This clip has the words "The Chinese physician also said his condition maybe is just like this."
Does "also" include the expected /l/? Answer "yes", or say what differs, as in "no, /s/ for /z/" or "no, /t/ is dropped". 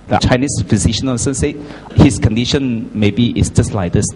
no, /n/ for /l/